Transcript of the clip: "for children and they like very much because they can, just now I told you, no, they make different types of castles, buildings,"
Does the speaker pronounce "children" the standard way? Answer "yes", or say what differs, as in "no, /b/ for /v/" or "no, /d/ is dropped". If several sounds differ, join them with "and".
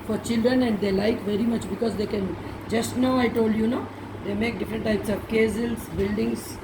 yes